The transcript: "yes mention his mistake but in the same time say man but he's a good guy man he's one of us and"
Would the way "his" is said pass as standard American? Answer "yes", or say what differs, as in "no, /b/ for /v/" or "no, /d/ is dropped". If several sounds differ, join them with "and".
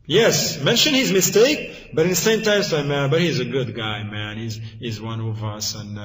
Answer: yes